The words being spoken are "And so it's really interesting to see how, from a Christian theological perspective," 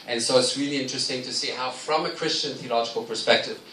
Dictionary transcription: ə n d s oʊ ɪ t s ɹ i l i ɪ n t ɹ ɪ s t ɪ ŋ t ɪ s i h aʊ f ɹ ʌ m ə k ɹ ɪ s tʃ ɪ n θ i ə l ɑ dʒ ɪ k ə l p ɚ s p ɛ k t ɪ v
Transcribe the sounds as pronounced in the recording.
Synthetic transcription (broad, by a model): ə n s oʊ ɪ t s ɹ i l i ɪ n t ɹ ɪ s t ɪ ŋ t ɪ s i h aʊ f ɹ ʌ m ə k ɹ ɪ s tʃ ɪ n θ i ə l ɑ dʒ ɪ k ə l p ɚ s p ɛ k t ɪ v